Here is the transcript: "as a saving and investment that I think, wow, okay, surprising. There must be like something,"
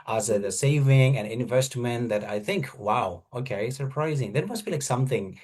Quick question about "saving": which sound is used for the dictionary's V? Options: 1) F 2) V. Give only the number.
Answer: 2